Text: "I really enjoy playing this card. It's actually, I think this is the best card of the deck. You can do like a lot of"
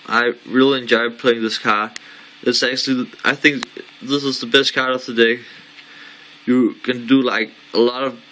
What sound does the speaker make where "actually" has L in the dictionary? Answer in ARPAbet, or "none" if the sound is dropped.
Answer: L